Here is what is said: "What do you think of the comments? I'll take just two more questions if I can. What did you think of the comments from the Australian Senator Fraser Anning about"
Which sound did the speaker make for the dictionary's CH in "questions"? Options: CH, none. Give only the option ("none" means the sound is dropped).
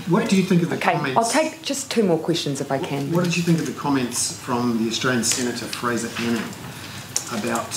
CH